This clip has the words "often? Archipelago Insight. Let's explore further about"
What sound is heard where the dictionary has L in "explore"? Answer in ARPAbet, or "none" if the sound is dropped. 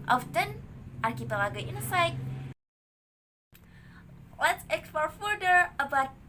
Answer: none